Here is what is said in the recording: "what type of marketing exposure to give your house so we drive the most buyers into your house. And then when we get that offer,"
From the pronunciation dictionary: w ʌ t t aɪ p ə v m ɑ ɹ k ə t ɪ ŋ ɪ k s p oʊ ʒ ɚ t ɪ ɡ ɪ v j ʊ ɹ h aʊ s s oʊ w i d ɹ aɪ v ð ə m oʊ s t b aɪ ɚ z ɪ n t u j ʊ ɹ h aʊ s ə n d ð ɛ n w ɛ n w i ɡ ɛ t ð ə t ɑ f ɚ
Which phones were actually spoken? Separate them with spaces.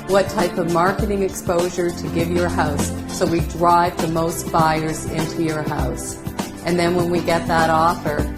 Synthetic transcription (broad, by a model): w ʌ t t aɪ p ə v m ɑ ɹ k ə t ɪ ŋ ɪ k s p oʊ ʒ ɚ t ɪ ɡ ɪ v j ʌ ɹ h aʊ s s oʊ w i d ɹ aɪ v ð ə m oʊ s t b aɪ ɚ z ɪ n t u j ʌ ɹ h aʊ s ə n ð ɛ n w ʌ n w i ɡ ɛ t ð ə t ɑ f ɚ